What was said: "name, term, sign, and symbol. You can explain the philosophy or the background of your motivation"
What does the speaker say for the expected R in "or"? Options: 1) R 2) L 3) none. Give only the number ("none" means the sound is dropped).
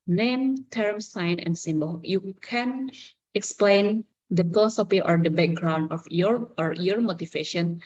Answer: 1